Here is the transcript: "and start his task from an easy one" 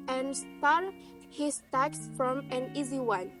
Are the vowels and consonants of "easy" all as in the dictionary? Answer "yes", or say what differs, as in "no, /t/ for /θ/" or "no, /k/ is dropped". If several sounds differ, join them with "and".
yes